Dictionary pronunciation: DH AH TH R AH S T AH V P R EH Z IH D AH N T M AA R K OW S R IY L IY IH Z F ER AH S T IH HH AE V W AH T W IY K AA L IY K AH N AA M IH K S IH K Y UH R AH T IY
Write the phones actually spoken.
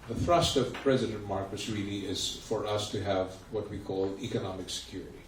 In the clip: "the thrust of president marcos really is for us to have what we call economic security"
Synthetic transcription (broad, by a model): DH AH TH R AH S T AH V P R EH Z IH D AH N T M AA R K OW S R IY L IY IH Z F ER AH S T IH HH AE V W AH T W IY K AA L IY K AH N AA M IH K S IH K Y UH R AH T IY